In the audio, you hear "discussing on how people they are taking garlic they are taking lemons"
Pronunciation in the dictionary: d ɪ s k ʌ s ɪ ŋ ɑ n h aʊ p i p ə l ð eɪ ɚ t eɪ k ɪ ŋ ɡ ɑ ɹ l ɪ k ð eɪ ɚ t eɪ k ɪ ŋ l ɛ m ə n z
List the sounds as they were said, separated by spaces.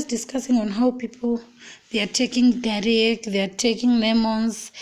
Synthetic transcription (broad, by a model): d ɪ s k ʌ s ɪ ŋ ɑ n h aʊ p i p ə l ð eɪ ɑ t eɪ k ɪ ŋ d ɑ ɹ ɪ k ð eɪ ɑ t eɪ k ɪ ŋ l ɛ m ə n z